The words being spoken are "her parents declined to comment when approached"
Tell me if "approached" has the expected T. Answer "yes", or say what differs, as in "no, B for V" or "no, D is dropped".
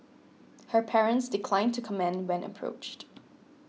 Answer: yes